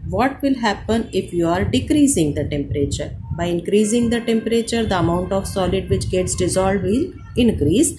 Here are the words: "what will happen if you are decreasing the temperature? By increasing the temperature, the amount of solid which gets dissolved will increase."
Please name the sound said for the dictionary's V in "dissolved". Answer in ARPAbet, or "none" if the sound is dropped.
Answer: none